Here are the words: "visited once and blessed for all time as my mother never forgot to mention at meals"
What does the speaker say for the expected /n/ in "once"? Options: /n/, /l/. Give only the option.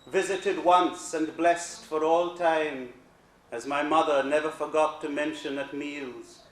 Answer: /n/